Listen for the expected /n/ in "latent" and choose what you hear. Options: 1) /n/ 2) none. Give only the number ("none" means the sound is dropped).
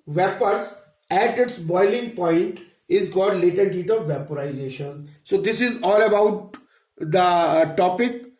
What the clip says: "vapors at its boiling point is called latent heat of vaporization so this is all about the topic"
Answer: 2